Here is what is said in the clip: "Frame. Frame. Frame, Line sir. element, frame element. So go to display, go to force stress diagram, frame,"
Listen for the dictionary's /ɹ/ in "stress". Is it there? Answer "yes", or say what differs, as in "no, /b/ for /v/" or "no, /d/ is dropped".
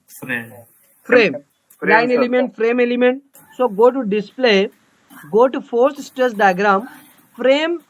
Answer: no, /ɹ/ is dropped